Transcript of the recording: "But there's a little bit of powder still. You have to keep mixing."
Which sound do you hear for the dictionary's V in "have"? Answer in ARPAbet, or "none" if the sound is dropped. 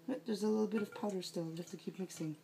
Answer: F